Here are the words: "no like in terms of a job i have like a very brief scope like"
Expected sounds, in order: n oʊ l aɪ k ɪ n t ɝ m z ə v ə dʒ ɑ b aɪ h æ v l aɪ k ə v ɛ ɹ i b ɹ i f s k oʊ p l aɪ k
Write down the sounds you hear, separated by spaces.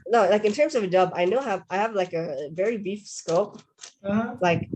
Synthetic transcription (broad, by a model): n oʊ l aɪ k ɪ n t ɝ m z ə v ə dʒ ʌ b aɪ h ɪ v l aɪ k ə v ɛ ɹ i b i f s k oʊ p l aɪ k